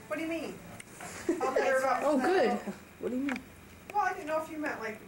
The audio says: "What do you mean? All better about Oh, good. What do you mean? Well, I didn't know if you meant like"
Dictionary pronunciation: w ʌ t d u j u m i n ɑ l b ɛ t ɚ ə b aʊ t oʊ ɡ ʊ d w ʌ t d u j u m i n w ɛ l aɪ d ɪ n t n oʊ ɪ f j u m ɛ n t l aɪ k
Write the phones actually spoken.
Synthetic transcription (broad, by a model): w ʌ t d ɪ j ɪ m i n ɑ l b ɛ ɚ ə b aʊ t oʊ ɡ ʊ d w ʌ t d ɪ j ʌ m i n w ɛ l aɪ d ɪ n n oʊ ɪ f j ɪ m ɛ t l aɪ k